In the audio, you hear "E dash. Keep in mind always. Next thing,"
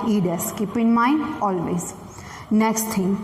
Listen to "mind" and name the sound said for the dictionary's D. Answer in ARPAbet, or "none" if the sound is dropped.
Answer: none